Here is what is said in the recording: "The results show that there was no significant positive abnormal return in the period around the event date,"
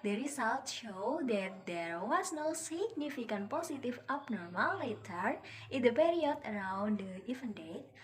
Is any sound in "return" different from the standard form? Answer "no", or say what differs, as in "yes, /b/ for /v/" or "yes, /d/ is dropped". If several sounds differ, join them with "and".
yes, /n/ is dropped